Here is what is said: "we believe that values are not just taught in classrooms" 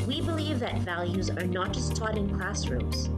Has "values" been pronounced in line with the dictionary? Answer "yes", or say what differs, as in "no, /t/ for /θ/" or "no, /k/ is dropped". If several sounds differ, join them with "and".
yes